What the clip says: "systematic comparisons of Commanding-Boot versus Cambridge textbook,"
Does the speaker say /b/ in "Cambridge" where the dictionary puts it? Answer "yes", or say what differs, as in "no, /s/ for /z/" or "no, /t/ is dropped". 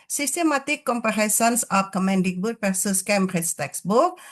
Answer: no, /b/ is dropped